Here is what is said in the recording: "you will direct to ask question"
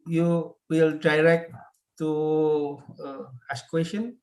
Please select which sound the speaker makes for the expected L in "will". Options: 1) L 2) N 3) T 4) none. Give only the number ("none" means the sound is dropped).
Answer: 1